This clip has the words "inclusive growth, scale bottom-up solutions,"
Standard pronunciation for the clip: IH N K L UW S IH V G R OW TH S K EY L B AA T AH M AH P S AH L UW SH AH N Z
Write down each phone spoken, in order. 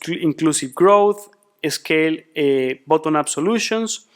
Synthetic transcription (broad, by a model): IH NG K L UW S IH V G R OW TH S K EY L B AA T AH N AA B S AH L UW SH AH N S